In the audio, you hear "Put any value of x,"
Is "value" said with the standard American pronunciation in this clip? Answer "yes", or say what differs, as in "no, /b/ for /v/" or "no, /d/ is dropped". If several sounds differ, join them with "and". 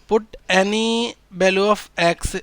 no, /b/ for /v/